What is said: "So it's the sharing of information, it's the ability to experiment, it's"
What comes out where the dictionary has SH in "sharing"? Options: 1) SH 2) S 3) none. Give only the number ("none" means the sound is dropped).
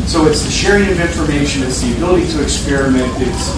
1